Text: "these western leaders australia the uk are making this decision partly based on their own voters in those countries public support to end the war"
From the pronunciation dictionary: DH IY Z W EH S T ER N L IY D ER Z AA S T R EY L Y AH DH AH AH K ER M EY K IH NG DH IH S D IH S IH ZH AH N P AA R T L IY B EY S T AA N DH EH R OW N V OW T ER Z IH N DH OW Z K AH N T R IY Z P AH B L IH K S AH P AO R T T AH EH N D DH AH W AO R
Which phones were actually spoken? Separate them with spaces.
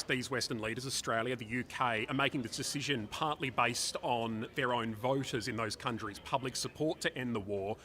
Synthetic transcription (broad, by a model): DH IY Z W EH S T ER N L IY D ER Z AA S T R EY L Y AH DH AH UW K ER M EY K IH NG DH IH S D IH S IH ZH AH N P AA R T L IY B EY S T N DH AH R OW N V OW T ER Z IH N DH OW Z K AH N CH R IY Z P AH B L IH K S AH P AO R T T EH N DH AH W AO R